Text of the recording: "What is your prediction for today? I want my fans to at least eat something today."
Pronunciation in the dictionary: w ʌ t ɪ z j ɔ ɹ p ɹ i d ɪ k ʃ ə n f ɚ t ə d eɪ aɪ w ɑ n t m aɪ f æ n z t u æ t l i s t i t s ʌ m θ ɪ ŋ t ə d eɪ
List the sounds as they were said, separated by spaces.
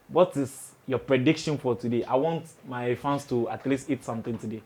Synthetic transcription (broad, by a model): w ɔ t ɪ s j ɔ p ɹ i d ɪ k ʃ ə n f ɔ t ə d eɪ aɪ w ɑ n t m aɪ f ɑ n s t u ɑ t l i s t i t s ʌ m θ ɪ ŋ t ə d eɪ